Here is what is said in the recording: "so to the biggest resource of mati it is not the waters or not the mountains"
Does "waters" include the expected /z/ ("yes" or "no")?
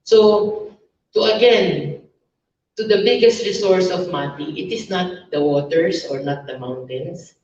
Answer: no